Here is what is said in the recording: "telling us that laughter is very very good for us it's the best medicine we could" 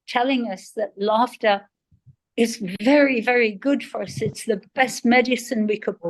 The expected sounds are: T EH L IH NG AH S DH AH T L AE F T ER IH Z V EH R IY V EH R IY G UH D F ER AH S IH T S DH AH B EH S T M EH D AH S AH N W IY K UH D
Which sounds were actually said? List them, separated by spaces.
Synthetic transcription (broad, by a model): T EH L IH NG AH S DH AH T L AE F T ER IH Z V EH R IY V EH R IY G UH D F ER AH S IH T S DH AH B EH S T M EH D AH S AH N W IY K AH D